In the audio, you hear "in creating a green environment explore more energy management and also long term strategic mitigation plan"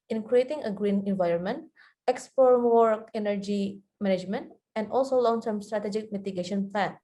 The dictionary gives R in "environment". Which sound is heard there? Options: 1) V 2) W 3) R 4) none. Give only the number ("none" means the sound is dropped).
3